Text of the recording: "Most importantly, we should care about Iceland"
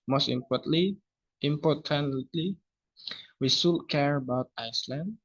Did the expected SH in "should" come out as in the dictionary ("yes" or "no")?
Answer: no